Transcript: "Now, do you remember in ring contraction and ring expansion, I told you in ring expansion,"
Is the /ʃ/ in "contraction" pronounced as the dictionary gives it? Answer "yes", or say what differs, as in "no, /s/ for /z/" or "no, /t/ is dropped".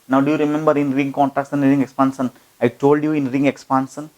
no, /s/ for /ʃ/